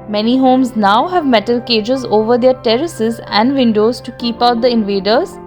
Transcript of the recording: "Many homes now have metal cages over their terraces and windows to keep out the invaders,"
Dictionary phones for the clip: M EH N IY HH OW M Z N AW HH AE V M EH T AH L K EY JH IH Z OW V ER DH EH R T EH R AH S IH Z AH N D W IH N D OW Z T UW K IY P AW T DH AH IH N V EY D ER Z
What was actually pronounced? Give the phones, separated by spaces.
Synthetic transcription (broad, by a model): M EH N IY HH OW M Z N AW HH AE V M EH T AH L K EY JH IH Z OW V ER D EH R T EH R AH S IH Z AH N D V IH N D OW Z T UW K IY P AW T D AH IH N V EY D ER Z